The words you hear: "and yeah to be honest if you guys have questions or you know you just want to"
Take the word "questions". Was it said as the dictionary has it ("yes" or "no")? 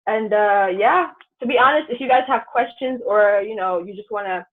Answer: yes